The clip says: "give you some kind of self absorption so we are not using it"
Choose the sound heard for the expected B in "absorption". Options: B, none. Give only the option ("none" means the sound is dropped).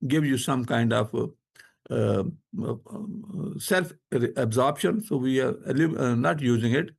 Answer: B